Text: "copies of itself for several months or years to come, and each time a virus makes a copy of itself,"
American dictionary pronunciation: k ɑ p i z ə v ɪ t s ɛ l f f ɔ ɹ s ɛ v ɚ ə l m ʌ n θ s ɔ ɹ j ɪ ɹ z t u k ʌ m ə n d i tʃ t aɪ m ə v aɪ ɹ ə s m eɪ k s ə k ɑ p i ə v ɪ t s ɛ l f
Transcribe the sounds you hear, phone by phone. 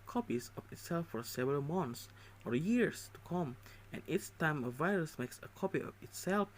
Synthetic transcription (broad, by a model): k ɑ p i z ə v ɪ t s ɛ l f f ɔ ɹ s ɛ v ɚ ə l m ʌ n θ s ɔ ɹ j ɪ ɹ s t u k ʌ m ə n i s t aɪ m ə v aɪ ɹ ə s m eɪ k s ə k ɑ p i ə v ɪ t s ɛ l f